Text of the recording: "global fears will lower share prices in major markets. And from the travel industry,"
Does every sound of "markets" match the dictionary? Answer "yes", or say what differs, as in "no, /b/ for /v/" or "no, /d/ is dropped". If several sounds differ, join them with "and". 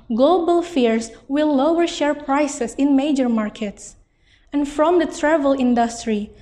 yes